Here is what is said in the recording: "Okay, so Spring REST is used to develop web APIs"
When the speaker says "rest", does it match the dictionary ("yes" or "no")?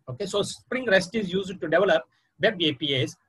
yes